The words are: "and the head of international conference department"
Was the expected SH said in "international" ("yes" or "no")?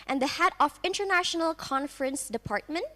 yes